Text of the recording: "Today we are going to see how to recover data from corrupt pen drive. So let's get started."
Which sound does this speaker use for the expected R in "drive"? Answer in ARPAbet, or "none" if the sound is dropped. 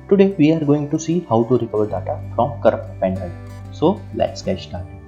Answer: none